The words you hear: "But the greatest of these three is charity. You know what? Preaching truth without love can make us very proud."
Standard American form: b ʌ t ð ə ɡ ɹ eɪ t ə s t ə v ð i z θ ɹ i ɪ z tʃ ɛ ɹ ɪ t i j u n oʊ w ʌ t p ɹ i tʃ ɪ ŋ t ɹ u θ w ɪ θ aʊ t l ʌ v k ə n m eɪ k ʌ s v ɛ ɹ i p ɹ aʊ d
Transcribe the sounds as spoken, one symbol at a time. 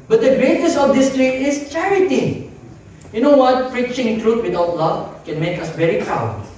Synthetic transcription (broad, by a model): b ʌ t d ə ɡ ɹ eɪ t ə s ə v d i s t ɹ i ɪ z tʃ ɛ ɹ ɪ t i j u n oʊ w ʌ t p ɹ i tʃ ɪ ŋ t ɹ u t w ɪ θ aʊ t l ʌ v k ə n m eɪ k ʌ s v ɛ ɹ i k aʊ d